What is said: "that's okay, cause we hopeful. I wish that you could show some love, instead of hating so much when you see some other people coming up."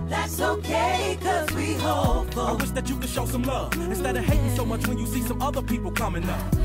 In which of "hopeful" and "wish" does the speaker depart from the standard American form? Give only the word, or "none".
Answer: hopeful